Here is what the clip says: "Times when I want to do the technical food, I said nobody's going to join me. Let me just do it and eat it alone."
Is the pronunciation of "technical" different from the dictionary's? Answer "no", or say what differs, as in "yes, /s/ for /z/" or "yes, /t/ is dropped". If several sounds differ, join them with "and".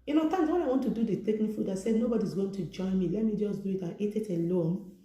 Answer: yes, /n/ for /l/